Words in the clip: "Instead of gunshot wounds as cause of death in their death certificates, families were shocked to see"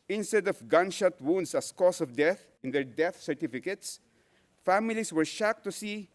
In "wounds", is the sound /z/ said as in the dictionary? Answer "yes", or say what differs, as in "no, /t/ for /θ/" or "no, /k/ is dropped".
no, /s/ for /z/